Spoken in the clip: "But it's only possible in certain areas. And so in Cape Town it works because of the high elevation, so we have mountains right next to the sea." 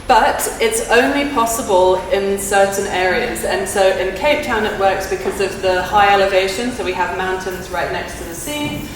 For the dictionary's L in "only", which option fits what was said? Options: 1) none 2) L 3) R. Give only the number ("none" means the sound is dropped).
2